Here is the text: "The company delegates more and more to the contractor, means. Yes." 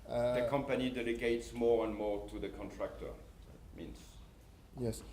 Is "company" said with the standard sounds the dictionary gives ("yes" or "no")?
yes